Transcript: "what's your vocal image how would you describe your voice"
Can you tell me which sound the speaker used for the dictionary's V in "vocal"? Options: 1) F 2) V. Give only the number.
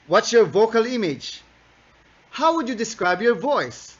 2